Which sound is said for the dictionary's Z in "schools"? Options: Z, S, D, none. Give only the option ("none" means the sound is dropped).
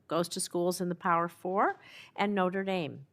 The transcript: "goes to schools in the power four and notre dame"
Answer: Z